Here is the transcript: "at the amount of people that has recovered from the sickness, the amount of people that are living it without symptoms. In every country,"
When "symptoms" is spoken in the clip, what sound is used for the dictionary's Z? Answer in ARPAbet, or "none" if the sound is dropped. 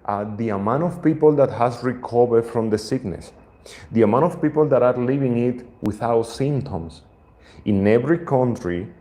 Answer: S